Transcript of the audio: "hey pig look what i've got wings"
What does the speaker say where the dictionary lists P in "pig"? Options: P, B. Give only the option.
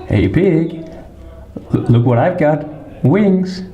B